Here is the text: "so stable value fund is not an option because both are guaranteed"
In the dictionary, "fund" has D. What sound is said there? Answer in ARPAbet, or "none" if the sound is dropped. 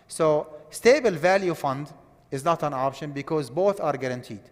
D